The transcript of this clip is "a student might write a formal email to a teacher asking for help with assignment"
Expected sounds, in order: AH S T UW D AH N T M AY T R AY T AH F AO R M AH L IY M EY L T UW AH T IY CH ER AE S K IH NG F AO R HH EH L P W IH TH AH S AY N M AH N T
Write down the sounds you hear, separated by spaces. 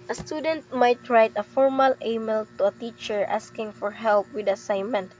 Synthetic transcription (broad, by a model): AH S T UW D AH N T M AY T R AY T AH F AO R M AH L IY M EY L T UW AH T IY CH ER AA S K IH NG F AO R HH EH L P W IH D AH S AY N M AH N T